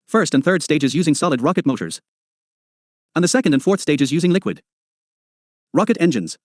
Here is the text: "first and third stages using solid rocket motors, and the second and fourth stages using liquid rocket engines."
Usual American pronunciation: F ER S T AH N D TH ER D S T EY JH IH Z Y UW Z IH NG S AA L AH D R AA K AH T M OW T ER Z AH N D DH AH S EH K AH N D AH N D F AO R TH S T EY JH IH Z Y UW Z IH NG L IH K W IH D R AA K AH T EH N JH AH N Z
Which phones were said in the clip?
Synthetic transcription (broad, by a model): F ER S T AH N TH ER D S T EY JH IH Z Y UW Z IH NG S AA L AH D R AA K AH T M OW T ER Z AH N DH AH S EH K AH N D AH N F AO R TH S T EY JH IH Z Y UW Z IH NG L IH K W IH D R AA K AH T EH N JH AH N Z